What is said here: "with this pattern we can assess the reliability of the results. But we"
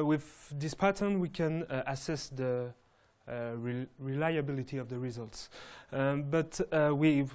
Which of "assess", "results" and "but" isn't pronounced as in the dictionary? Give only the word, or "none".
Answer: none